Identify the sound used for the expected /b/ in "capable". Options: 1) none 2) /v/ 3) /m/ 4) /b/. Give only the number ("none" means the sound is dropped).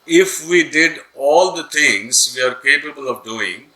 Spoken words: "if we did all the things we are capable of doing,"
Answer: 4